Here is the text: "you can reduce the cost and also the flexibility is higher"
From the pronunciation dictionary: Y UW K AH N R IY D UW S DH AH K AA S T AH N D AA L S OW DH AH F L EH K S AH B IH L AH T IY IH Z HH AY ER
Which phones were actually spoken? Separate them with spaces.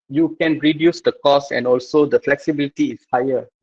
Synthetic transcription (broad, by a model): Y UW K AH N R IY D UW S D AH K AA S AH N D AA L S OW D AH F L EH K S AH B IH L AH T IY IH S HH AY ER